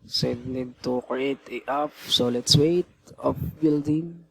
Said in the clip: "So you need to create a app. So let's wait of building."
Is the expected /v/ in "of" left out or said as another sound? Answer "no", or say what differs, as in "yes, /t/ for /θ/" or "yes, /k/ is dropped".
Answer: yes, /p/ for /v/